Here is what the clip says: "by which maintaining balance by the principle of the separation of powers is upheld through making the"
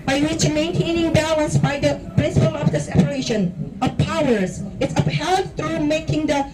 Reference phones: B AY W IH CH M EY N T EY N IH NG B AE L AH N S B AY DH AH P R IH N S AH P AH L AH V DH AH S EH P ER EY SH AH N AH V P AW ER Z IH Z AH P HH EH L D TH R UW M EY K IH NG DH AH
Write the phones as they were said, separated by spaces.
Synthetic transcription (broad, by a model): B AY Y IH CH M EY N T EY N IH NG B AE L AH N S B AY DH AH P R IH N S AH P AH L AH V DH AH S EH P ER EY SH AH N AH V P AW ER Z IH S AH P HH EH D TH R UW M EY K IH NG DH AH